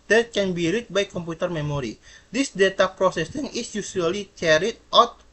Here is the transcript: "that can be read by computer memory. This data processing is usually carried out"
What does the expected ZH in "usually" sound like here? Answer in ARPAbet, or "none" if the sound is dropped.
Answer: S